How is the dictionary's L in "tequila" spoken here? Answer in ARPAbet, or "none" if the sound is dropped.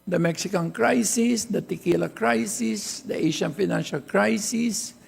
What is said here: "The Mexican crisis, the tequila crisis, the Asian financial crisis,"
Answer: L